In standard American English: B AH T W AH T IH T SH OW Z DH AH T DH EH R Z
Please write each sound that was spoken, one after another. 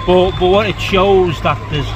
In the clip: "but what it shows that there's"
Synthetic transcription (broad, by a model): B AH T W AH T IH T SH OW Z DH AH T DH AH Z